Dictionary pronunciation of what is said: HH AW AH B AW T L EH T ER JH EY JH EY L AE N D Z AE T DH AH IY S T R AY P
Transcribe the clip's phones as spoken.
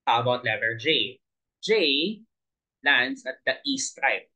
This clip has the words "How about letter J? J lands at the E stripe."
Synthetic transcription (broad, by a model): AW AH B AW T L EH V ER JH EY JH EY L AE N D S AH T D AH IY S T R AY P